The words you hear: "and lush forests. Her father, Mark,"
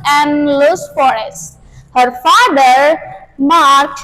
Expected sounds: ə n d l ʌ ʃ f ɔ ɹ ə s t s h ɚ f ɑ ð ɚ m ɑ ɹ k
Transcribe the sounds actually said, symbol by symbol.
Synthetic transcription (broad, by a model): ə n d l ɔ s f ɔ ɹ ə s t h ɚ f ɑ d ɚ m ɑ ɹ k